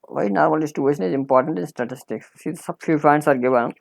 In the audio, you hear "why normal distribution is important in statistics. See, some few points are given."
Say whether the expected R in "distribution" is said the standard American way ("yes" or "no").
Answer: no